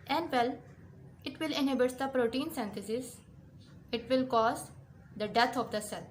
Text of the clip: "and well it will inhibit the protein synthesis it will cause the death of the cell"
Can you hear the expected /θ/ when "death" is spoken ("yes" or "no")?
no